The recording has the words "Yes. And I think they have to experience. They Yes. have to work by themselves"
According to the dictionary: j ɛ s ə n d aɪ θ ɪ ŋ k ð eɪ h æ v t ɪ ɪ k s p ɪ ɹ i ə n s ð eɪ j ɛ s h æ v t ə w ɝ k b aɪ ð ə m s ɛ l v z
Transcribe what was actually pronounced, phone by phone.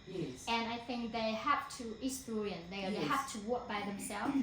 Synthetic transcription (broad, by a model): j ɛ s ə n aɪ θ ɪ ŋ k ð eɪ h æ f t ɪ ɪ s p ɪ ɹ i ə n ð eɪ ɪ h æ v t ə w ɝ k b aɪ ð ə m s ɛ l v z